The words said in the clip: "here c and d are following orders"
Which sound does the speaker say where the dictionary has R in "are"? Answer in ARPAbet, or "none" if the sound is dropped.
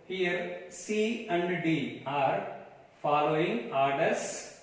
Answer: R